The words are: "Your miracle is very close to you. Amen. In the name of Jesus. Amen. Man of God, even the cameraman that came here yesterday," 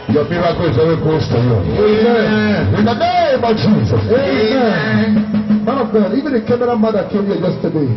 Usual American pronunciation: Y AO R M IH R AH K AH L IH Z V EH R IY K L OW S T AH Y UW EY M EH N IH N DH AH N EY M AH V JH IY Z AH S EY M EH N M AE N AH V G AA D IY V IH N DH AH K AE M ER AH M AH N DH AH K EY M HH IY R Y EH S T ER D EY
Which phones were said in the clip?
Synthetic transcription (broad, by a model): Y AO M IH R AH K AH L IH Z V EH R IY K OW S T AH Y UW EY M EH IH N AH N EY M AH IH JH IY Z AH S EY M EH N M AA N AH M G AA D IY V IH N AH K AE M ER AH M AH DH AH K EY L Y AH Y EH S T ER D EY